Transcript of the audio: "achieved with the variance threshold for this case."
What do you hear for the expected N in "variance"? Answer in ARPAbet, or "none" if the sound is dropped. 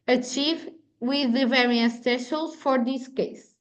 none